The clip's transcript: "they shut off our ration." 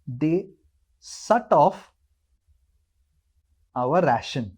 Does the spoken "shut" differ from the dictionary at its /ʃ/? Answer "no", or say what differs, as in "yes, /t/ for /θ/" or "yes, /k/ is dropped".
yes, /s/ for /ʃ/